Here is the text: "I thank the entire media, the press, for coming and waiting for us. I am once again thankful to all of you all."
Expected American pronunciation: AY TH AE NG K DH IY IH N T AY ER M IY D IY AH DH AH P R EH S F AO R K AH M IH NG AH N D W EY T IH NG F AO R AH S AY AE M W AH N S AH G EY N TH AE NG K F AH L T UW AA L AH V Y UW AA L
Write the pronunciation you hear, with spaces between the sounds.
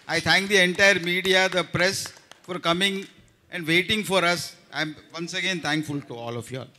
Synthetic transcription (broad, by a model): AY T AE NG K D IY IH N T AY ER M IY D IY AH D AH P R EH S F AO R K AH M IH NG AH N D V EY T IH NG F AO R AH S AY M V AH N S AH G EY N T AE NG K F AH L T UW AA L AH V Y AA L